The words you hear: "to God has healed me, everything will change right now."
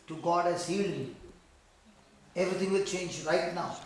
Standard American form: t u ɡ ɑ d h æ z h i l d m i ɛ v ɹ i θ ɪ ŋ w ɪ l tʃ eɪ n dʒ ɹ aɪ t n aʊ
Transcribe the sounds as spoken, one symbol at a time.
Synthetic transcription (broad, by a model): t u ɡ ɑ d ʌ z h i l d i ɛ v ɹ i t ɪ ŋ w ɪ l tʃ eɪ n dʒ ɹ aɪ t n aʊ